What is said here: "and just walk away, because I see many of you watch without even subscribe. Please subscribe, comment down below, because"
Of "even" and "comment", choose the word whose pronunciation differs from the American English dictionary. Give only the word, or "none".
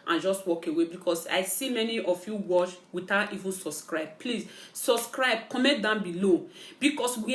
comment